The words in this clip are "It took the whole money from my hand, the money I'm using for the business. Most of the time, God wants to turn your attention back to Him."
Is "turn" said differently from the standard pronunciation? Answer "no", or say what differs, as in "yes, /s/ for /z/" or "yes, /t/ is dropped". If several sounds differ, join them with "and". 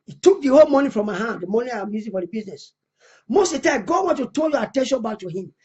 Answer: yes, /l/ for /n/